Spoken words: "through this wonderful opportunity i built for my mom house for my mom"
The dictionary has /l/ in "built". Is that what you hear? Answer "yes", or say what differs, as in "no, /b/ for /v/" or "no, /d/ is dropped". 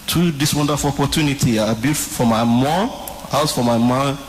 no, /l/ is dropped